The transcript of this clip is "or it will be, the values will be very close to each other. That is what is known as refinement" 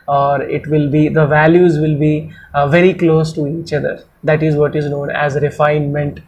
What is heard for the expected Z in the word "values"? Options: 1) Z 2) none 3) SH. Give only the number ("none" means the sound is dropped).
1